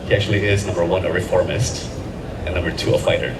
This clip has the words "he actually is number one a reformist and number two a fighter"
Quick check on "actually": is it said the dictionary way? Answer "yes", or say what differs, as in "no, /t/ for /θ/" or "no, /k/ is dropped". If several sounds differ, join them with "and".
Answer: yes